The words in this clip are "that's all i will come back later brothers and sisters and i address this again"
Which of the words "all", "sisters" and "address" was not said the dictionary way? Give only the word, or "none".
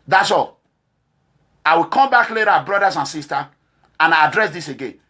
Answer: sisters